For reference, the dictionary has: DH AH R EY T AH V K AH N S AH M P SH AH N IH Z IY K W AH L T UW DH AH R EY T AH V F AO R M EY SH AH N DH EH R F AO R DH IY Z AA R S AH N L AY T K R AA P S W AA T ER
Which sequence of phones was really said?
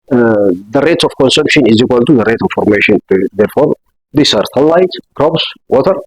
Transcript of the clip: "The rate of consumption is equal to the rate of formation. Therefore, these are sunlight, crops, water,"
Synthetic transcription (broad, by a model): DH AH R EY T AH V K AH N S AH M P SH AH N IH Z IY K W AH L T UW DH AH R EY T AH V F AO R M EY SH AH N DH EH R F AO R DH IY S AA R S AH L AY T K R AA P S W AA T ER